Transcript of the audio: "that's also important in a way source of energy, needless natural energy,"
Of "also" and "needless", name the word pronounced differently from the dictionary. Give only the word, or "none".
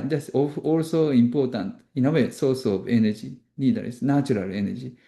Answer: needless